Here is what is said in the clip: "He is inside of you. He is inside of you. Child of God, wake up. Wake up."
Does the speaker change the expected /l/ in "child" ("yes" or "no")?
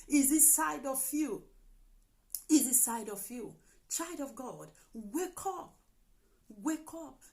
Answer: yes